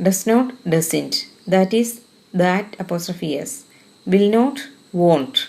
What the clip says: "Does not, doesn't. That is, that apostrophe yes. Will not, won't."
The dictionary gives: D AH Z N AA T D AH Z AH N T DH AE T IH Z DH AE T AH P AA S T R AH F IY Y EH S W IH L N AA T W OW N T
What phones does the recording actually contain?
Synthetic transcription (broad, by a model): D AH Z N AA T D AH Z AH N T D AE T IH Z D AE T AH P AA S T R AH F IY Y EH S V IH L N AA T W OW N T